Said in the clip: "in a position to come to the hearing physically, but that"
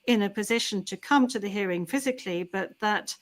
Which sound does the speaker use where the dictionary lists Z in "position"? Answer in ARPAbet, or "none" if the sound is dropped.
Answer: Z